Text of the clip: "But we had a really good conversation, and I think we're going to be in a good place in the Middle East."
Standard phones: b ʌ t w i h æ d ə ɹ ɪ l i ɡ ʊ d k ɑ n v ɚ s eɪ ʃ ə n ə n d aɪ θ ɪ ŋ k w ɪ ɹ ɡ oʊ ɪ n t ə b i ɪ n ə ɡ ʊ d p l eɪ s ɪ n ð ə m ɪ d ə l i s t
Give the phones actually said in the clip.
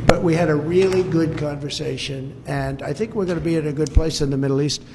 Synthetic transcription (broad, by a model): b ʌ t w i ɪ d ə ɹ ɪ l i ɡ ʊ d k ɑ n v ɚ s eɪ ʃ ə n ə n aɪ θ ɪ ŋ k w ɪ ɹ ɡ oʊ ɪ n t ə b i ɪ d ə ɡ ʊ d p l eɪ s ɪ n ð ə m ɪ d l i s t